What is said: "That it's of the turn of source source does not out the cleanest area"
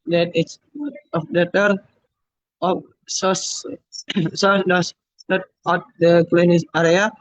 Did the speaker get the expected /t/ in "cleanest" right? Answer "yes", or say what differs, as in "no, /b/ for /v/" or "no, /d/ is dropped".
no, /t/ is dropped